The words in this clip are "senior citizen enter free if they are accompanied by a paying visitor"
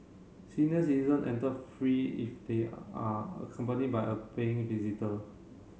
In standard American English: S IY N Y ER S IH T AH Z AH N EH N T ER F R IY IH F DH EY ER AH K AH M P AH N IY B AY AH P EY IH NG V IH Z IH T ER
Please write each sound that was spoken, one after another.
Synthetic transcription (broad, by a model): S IY N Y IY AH S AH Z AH N EH N T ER F R IY IH F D EY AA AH K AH M P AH N IY B AY AH P EY IH NG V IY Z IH T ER